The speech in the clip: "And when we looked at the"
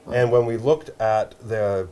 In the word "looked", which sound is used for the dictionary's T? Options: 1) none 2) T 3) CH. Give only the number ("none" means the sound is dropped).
2